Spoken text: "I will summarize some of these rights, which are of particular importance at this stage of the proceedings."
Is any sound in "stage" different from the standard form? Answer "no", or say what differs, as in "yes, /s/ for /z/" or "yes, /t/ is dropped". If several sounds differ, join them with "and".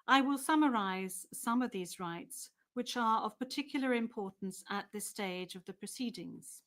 no